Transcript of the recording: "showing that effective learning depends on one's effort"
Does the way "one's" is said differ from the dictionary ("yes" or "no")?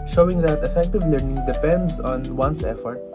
yes